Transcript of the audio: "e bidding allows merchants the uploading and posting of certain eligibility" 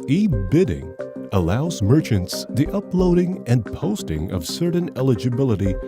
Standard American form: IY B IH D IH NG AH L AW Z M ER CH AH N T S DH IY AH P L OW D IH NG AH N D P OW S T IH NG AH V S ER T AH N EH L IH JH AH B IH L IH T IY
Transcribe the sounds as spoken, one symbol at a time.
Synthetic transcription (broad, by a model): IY B IH D IH NG AH L AW Z M ER CH AH N T S DH IY AH P L OW D IH NG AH N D P OW S T IH NG AH V S ER T N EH L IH JH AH B IH L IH T IY